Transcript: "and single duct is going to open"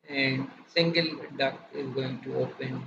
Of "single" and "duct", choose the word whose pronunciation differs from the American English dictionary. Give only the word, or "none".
duct